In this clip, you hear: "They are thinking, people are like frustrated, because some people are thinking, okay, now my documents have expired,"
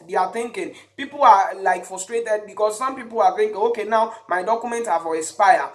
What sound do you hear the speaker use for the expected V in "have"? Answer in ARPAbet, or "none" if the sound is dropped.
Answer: F